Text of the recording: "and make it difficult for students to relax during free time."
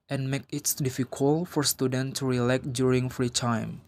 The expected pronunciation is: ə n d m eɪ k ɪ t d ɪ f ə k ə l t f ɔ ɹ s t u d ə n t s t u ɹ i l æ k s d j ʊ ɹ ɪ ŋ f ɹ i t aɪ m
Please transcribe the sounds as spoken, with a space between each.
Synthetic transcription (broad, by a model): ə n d m eɪ k ɪ t d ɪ f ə k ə l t f ɔ ɹ s t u d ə n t t u ɹ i l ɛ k d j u ɹ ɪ ŋ f ɹ i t aɪ m